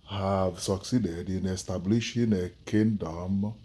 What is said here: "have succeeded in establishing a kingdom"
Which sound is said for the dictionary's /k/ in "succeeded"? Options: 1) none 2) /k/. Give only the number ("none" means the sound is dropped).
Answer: 2